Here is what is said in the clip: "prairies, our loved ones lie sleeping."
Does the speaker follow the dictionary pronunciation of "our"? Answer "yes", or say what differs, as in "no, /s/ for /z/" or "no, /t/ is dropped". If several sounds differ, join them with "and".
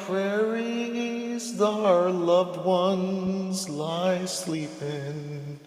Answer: yes